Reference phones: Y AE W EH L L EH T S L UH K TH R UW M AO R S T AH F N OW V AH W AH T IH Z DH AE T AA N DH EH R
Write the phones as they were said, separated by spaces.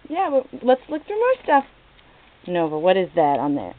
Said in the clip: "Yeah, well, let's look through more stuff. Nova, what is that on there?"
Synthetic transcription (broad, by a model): Y AE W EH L L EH T S L UH K F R M AO R S T AH F N OW V AH W AH T IH Z DH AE T N DH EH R